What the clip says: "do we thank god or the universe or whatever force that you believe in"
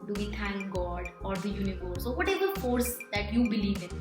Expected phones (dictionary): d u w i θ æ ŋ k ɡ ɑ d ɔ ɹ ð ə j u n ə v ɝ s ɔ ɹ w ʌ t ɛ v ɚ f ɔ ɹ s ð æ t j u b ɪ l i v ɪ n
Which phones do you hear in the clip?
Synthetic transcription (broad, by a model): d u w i t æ ŋ k ɡ ɑ d ɔ ɹ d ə j u n ə v ɝ s ɔ ɹ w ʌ t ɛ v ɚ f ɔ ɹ s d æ t j u b ɪ l i v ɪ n